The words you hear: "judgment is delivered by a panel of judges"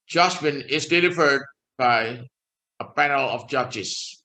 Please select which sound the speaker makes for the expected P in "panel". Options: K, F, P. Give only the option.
P